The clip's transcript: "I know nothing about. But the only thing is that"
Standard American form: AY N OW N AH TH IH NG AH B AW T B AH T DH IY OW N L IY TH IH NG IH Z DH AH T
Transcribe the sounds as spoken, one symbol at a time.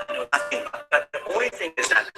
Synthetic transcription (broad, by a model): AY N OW N AH TH IH NG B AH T B AH T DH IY OW N L IY TH IH NG IH Z DH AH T